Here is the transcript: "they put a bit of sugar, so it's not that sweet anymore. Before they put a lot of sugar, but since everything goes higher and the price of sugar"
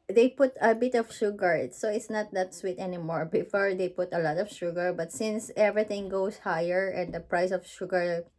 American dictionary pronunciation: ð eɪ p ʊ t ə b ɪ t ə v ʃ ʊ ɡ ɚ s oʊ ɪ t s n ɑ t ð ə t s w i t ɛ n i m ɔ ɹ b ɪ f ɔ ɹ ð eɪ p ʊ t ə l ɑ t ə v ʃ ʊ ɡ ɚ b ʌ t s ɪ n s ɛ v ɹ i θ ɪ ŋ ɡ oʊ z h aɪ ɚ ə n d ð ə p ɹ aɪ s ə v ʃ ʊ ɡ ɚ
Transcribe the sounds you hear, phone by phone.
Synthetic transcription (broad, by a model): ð eɪ p ʊ t ə b ɪ t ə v ʃ ʊ ɡ ɚ s oʊ ɪ t s n ɑ t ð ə t s w i t ɛ n i m ɔ ɹ b ɪ f ɔ ɹ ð eɪ p ʊ t ə l ɑ t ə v ʃ ʊ ɡ ɚ b ʌ t s ɪ n s ɛ v ɹ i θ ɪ ŋ ɡ oʊ s h aɪ ɚ ə n d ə p ɹ aɪ s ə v ʃ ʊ ɡ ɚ